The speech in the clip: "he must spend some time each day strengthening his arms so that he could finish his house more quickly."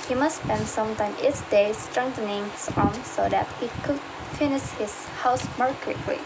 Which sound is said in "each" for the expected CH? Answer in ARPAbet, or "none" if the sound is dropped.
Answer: S